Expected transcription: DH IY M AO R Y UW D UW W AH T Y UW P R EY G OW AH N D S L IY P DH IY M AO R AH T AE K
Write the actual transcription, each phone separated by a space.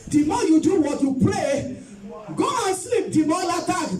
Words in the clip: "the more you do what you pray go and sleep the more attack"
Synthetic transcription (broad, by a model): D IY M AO Y UW D UW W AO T Y UW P L EY G OW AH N S L IY P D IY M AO L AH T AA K